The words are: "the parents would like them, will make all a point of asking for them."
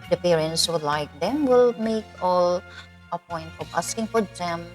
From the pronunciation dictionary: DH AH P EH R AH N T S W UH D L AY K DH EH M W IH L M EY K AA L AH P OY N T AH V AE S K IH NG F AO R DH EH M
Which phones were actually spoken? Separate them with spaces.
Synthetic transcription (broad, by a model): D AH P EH R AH N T S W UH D L AY K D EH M W IH L M EY K AA L AH P OY N T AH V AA S K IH NG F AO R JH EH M